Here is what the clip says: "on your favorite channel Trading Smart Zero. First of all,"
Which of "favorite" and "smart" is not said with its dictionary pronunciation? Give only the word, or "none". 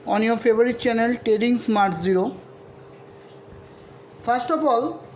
favorite